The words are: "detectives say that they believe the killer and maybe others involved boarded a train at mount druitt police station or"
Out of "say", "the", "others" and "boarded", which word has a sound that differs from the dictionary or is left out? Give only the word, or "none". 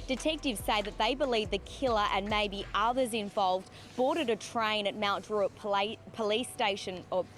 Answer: none